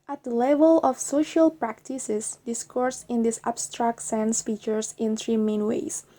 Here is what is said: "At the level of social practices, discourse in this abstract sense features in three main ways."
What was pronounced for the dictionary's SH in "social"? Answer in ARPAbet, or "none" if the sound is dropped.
SH